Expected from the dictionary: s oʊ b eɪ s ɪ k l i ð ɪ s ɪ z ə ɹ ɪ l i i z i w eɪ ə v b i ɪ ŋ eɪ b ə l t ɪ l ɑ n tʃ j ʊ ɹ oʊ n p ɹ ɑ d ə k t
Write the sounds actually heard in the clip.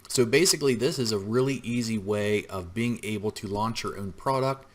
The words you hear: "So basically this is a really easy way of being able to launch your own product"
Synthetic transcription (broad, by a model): s oʊ b eɪ s ɪ k l i ð ɪ s ɪ z ə ɹ ɪ l i i z i w eɪ ə v b i ɪ ŋ eɪ b l t ɪ l ɑ n tʃ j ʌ ɹ oʊ n p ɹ ɑ d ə k t